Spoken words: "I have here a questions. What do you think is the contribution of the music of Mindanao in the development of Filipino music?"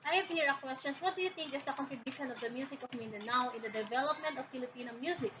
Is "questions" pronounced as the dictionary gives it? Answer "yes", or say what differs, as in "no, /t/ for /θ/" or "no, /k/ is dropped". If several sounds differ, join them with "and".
no, /s/ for /z/